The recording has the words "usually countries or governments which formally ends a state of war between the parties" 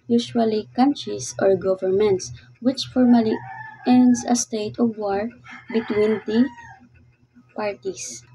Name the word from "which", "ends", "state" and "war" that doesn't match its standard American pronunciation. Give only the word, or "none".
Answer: ends